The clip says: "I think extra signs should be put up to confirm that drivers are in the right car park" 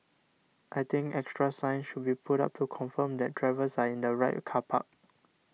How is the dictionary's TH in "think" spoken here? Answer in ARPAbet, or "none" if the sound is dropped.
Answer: T